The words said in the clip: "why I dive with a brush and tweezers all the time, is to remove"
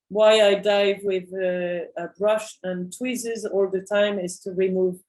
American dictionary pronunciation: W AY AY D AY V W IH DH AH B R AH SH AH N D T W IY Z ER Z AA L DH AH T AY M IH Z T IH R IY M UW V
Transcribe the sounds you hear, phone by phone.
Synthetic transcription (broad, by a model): W AY AY D AY V W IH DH AH B R AH SH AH N T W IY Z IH Z AA L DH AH T AY M IH Z T IH R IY M UW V